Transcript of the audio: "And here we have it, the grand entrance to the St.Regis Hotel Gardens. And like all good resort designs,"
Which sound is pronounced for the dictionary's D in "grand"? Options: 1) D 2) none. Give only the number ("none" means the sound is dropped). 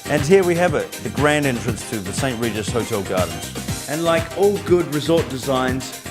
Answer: 1